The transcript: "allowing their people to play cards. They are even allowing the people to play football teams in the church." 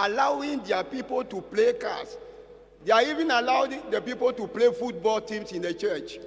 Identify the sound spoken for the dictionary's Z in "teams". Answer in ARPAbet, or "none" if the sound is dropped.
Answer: S